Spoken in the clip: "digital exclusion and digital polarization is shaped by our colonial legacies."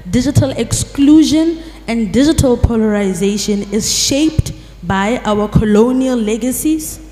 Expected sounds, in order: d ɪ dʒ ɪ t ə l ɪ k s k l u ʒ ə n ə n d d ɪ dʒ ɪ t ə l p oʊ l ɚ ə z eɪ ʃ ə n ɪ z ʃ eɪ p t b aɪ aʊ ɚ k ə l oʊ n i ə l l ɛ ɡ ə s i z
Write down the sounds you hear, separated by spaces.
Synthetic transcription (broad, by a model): d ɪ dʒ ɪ t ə l ɪ k s k l u ʒ ə n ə n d d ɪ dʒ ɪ t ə l p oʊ l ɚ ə z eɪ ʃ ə n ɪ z ʃ eɪ p t b aɪ aʊ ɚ k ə l oʊ n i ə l l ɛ ɡ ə s i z